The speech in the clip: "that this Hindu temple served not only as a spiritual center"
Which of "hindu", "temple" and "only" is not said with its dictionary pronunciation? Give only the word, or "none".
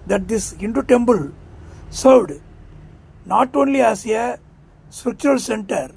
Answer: temple